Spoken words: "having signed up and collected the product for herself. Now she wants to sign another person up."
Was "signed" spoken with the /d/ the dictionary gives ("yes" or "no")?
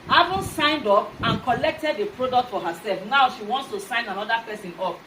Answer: yes